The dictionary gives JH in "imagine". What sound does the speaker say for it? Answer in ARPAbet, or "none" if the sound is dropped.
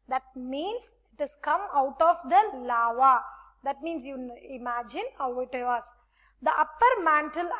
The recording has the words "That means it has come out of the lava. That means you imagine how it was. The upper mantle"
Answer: JH